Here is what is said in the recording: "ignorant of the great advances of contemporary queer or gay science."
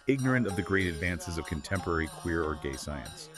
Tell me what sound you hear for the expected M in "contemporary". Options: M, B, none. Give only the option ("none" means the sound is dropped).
M